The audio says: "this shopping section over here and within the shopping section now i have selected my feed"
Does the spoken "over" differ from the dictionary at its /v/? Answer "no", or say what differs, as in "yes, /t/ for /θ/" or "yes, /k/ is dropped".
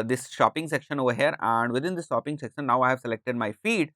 no